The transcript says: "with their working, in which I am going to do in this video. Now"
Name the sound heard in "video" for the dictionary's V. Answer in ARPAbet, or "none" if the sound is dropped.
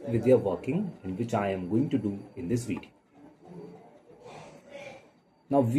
W